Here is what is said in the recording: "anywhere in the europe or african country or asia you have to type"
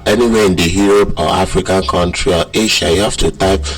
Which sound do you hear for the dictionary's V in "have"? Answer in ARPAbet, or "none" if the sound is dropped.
F